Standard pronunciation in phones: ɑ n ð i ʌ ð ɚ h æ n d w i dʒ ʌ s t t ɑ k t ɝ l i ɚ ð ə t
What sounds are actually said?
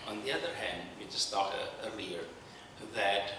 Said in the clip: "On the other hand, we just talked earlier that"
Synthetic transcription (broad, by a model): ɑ n ð i ʌ ð ɚ h æ n d w i dʒ ʌ s t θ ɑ t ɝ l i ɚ ð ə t